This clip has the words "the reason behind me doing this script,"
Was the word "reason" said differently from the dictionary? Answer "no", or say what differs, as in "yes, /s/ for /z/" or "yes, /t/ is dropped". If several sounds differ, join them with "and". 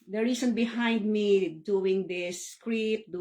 yes, /s/ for /z/